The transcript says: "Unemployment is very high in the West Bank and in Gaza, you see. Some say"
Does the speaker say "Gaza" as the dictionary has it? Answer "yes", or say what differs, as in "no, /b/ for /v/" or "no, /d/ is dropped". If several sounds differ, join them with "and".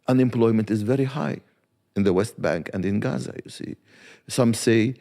yes